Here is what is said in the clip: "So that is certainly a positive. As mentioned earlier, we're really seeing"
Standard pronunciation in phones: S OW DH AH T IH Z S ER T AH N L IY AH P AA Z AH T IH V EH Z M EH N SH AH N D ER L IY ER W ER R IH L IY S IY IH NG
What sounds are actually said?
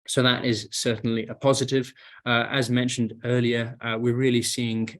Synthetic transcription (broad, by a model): S OW DH AH T IH Z S ER T N L IY AH P AA Z AH T IH V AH Z M EH N SH AH N D ER L IY ER W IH R IH L IY S IY IH NG